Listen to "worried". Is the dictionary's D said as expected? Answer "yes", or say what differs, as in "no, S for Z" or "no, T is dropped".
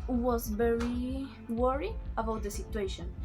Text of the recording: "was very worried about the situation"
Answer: no, D is dropped